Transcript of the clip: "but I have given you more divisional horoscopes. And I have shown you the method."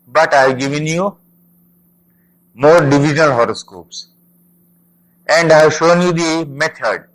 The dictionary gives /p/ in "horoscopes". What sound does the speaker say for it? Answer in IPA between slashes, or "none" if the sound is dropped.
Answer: /p/